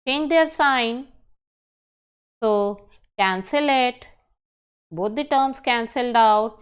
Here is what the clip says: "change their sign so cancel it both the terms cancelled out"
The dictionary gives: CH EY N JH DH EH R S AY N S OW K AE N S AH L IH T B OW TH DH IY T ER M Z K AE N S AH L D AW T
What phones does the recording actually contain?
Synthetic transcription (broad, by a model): CH EY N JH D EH R S AY N S OW K AE N S AH L IH T B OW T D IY T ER M S K AE N S AH L D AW T